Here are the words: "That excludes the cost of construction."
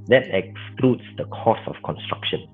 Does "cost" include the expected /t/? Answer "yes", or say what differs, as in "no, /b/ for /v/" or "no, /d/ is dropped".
no, /t/ is dropped